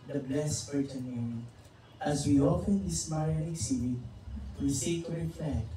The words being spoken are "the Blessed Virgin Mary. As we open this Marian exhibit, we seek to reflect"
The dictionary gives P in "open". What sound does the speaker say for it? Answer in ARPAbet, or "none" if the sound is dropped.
F